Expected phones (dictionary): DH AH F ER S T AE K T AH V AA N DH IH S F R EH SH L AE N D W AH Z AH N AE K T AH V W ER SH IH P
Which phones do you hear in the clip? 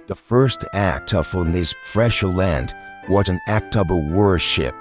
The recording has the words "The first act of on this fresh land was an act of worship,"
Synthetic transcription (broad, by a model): DH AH F ER S T AE K T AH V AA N DH IH S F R EH SH L AE N D W AH Z AH N AE K T AH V W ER SH IH P